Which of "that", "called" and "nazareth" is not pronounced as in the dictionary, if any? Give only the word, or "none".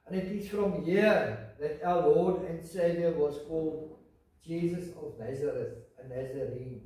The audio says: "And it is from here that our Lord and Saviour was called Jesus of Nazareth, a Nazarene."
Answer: none